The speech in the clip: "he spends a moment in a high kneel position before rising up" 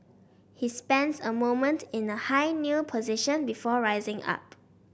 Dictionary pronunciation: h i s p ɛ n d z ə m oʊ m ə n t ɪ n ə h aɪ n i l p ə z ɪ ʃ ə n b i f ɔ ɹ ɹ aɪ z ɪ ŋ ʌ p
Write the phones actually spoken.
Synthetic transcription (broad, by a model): h i s p ɛ n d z ə m oʊ m ə n t ɪ n ə h aɪ n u p ə z ɪ ʃ ə n b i f ɔ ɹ ɹ aɪ z ɪ ŋ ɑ p